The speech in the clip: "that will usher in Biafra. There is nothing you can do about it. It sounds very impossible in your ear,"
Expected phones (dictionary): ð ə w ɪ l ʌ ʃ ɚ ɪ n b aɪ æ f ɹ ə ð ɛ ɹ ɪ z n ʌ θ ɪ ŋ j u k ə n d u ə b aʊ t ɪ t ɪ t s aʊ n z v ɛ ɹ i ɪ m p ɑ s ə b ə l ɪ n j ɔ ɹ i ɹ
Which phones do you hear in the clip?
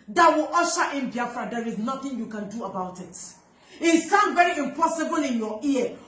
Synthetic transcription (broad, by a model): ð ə w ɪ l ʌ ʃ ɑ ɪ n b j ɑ f ɹ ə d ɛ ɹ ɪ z n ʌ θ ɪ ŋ j u k ə n d u ə b aʊ t ɪ t ɪ t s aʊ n v ɛ ɹ i ɪ m p ɑ s ə b ə l ɪ n j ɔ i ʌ